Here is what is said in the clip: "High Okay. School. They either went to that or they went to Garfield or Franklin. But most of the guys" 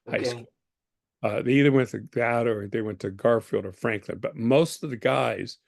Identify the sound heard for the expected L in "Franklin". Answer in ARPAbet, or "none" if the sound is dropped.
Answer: L